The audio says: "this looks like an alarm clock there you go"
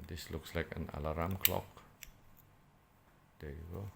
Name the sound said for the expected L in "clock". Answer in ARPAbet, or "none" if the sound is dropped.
L